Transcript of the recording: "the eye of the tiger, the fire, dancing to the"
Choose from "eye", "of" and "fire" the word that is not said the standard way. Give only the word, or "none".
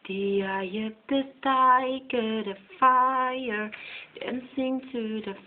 of